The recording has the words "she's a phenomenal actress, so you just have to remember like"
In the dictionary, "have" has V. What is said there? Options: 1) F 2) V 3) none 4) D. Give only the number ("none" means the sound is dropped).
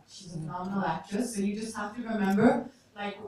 1